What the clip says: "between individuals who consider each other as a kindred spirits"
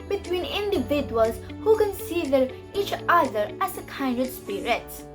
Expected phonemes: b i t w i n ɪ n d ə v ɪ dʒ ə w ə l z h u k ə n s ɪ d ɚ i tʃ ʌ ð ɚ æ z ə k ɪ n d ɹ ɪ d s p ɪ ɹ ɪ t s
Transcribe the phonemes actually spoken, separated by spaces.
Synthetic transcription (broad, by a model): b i t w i n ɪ n d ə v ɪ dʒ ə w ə l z h u k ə n s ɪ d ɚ i tʃ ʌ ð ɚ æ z ə k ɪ n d ɪ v s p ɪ ɹ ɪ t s